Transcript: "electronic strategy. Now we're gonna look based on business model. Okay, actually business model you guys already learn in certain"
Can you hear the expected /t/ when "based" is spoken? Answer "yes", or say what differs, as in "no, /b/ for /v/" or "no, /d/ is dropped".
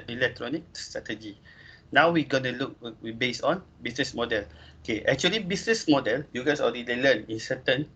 no, /t/ is dropped